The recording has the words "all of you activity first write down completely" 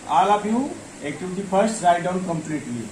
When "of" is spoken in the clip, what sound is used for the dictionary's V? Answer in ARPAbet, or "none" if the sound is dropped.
P